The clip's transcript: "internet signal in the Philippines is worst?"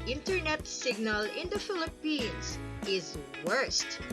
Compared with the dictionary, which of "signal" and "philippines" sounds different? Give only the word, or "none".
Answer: philippines